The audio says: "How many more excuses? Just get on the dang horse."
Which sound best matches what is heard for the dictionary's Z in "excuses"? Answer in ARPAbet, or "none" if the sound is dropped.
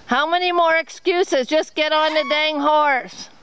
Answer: Z